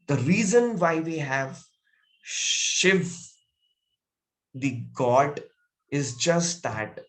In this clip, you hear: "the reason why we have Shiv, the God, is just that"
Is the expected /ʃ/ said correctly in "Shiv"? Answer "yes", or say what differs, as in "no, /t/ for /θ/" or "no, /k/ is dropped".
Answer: yes